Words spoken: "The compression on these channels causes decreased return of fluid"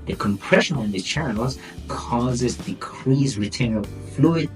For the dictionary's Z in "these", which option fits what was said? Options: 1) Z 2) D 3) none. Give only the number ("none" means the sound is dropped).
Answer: 3